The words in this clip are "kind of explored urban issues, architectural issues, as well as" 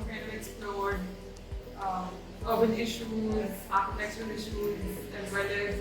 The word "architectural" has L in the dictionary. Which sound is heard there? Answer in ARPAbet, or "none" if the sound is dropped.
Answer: N